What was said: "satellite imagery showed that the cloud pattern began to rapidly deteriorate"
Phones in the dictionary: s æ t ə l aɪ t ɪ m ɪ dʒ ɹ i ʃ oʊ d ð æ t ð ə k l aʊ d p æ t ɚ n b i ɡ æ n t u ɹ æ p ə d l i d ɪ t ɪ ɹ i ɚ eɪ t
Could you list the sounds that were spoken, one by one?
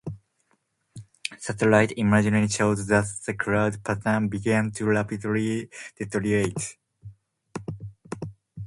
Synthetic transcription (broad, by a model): s æ t ə l aɪ t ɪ m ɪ dʒ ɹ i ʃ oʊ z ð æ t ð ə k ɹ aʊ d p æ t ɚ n b i ɡ æ n t u l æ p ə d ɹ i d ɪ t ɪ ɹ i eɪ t